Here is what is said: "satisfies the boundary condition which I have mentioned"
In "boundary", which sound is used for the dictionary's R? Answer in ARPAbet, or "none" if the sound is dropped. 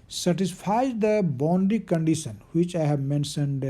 none